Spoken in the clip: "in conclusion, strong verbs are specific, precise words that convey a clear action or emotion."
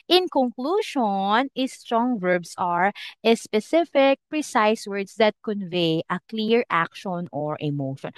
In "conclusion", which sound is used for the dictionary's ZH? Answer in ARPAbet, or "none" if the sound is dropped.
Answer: SH